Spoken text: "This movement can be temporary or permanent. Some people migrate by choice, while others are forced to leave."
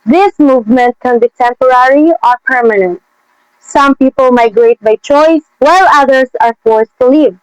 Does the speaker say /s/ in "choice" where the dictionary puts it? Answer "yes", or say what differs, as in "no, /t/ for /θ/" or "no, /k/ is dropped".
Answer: yes